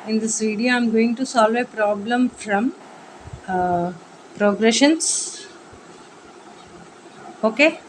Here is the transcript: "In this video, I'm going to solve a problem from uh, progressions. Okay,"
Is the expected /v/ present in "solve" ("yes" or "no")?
yes